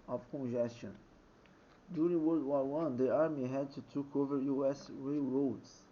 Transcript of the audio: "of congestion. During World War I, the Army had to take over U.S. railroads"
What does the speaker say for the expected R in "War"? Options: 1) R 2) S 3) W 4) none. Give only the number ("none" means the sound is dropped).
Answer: 3